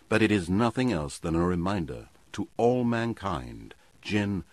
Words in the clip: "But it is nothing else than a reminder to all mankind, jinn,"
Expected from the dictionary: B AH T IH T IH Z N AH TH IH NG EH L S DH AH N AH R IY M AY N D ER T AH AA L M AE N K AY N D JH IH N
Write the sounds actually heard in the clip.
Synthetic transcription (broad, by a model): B AH T IH T IH Z N AH TH IH NG EH L S DH AH N AH R IY M AY N D ER T AH AA L M AE N K AY N D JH IH N